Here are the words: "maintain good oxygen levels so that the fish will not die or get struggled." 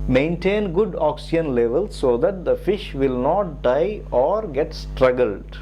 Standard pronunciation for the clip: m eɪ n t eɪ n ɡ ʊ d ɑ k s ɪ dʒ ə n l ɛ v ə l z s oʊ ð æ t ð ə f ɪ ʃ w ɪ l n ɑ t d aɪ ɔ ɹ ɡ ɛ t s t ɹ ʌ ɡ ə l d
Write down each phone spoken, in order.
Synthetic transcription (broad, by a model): m eɪ n t eɪ n ɡ ʊ d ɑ k s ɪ ə n l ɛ v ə l s oʊ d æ t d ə f ɪ ʃ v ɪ l n ɑ t d aɪ ɔ ɹ ɡ ɛ t s t ɹ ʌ ɡ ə l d